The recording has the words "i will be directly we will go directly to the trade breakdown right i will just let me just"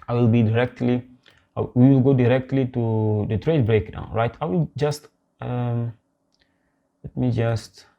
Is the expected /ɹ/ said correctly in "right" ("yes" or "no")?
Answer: yes